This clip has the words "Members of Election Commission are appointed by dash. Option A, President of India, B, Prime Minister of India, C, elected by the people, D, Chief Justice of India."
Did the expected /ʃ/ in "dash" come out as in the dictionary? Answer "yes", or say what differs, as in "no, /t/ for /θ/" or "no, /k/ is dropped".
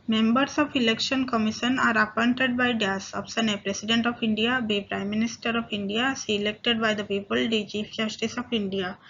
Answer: no, /s/ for /ʃ/